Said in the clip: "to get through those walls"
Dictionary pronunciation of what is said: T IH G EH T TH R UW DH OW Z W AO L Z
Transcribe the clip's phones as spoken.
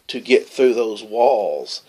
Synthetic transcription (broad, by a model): T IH G EH T TH R UW DH OW Z W AO L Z